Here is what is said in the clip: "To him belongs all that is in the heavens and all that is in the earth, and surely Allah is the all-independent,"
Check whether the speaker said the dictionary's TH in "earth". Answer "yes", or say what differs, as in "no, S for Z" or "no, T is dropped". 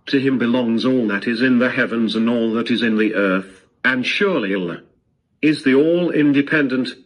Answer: yes